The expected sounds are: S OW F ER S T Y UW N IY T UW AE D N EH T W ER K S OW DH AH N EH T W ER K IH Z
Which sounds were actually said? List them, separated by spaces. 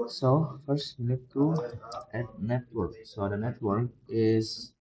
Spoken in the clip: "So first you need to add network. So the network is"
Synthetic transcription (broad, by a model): S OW F ER S T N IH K T UW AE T N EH T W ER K S OW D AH N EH T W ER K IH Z